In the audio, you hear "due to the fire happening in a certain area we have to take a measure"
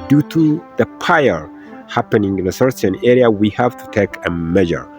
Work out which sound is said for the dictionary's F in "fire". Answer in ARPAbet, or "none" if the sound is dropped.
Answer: P